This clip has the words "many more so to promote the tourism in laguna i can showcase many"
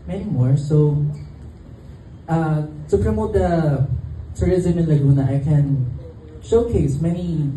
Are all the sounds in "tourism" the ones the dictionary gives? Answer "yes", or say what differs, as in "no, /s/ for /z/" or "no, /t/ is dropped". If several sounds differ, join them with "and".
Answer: yes